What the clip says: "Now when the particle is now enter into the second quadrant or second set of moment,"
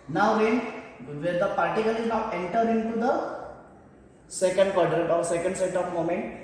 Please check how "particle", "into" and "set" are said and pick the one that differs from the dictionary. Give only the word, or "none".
none